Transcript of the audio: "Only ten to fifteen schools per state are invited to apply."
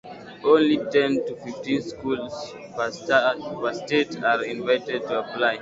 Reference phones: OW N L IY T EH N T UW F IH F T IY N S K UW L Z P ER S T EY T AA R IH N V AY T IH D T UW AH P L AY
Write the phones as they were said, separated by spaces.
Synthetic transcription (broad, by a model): OW N L IY T EH N T UW F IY F T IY N S K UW L S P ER S T EY T AA R IH N V AY T IH D T UW AH P L AY